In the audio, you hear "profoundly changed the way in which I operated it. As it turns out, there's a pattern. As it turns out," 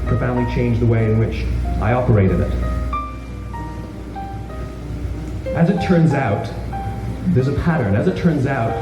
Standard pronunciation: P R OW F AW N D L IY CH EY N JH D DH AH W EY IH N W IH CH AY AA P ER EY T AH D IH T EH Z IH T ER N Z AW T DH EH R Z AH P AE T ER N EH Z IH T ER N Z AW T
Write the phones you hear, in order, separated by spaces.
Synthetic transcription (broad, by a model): P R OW F AW N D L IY CH EY N JH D DH AH W EY IH N W IH CH AY AA P ER EY T AH D IH T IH Z IH T ER N Z AW T DH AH R Z AH P AE T ER N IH Z IH T ER N Z AW T